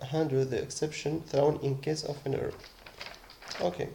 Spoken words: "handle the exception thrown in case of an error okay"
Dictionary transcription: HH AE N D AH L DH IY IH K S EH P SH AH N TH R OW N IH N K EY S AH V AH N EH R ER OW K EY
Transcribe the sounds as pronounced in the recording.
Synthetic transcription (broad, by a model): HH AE N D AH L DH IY IH K S EH P SH AH N TH R OW N IH N K EY S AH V AH N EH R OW K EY